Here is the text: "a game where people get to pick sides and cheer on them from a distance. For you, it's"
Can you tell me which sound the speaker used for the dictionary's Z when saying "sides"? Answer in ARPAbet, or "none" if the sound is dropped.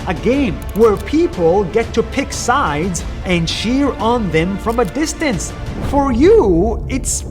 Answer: Z